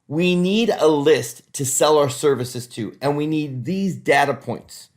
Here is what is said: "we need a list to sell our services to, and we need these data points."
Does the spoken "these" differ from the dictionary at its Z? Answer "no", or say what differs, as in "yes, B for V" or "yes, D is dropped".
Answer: no